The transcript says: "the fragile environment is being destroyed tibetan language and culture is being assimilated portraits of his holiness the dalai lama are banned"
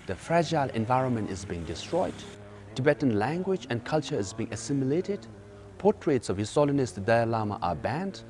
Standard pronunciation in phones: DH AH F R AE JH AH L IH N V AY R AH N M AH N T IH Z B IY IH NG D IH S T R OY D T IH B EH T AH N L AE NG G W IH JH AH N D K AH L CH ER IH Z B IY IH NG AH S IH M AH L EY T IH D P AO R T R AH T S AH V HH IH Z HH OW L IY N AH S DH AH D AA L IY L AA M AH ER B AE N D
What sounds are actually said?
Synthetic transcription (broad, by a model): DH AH F R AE JH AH L IH N V AY R AH N M AH N T IH Z B IY IH NG D IH S T R OY D T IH B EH T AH N L AE NG G W IH JH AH N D K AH L CH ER IH Z B IY IH NG AH S IH M AH L EY T IH D P AO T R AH T S AH V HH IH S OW L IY N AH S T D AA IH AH L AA M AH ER B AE N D